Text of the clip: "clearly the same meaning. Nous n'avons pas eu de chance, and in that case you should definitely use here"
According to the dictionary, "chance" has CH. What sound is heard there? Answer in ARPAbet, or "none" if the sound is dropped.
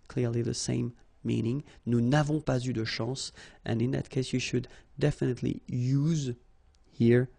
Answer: SH